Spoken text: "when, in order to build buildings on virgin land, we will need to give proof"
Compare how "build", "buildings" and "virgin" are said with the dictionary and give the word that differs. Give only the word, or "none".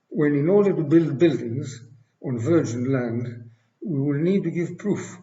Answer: none